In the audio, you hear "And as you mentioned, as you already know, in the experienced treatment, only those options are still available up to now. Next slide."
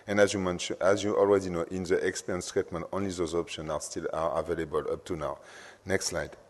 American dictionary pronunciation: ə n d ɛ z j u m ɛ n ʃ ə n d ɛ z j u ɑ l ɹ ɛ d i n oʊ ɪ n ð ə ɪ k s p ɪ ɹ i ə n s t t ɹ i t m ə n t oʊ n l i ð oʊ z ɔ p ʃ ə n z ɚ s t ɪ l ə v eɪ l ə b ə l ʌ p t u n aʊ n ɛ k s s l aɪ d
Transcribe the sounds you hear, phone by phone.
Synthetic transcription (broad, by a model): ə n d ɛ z j u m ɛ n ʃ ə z j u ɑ l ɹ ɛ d i n oʊ ɪ n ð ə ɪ k s p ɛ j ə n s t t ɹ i t m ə n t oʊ n l i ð oʊ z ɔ p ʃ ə n ɑ s t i l ə v eɪ l ə b ə l ʌ p t u n aʊ n ɛ k s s l aɪ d